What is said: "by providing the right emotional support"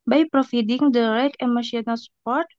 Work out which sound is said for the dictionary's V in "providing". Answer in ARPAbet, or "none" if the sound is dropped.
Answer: F